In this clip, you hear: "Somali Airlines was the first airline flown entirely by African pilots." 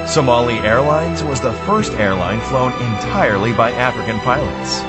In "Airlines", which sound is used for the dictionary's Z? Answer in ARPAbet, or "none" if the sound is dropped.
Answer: Z